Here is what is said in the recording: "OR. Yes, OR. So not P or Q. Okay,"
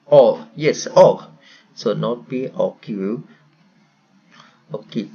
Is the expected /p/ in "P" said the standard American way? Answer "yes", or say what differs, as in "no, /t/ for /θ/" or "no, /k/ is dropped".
no, /b/ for /p/